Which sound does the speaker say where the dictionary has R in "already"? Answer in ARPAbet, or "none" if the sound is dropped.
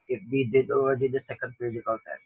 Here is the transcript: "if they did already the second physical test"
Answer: none